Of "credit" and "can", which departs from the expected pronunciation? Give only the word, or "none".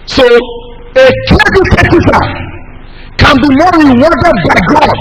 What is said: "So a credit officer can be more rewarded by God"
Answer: credit